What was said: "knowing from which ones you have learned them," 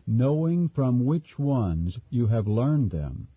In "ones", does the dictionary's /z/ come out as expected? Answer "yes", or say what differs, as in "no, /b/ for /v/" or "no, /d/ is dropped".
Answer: yes